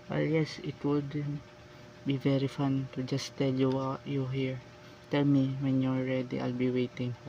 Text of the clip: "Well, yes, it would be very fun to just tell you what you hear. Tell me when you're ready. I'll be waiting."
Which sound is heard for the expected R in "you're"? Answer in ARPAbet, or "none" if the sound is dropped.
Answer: L